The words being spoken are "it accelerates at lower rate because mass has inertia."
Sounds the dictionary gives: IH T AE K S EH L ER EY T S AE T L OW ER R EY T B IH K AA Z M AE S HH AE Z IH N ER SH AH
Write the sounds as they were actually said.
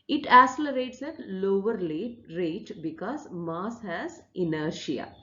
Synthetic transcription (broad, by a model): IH T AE S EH L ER EY T S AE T L OW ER R EY T B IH K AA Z M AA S HH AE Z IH N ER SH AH